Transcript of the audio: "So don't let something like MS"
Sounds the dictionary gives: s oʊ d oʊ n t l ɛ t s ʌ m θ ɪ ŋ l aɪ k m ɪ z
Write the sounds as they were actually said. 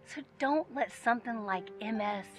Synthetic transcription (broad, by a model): s oʊ d oʊ n t l ɛ t s ʌ m θ ɪ ŋ l aɪ k m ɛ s